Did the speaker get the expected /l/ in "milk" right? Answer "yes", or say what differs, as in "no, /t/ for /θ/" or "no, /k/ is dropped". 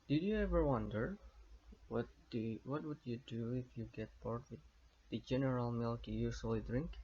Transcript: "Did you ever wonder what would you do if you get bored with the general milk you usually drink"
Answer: yes